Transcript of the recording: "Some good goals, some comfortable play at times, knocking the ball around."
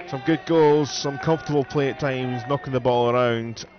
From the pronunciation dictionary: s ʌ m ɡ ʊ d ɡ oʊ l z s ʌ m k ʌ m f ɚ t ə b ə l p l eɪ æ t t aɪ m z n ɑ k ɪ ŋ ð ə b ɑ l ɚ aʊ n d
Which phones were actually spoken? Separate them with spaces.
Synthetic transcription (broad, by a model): s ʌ m ɡ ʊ d ɡ oʊ l z s ʌ m k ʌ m f t ə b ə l p l eɪ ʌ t t aɪ m z n ɑ k ɪ ŋ ð ə b ɑ l ɚ aʊ n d